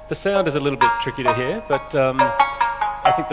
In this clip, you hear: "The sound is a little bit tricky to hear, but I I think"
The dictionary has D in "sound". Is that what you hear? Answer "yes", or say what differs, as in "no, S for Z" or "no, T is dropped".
yes